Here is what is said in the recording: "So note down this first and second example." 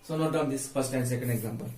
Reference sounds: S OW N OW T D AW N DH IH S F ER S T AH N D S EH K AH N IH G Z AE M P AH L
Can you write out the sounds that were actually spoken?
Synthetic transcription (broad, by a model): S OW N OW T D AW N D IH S P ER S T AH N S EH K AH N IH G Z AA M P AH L